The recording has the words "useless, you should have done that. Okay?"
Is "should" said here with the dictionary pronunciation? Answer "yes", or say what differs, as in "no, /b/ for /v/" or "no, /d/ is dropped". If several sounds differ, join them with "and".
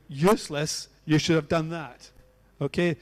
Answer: yes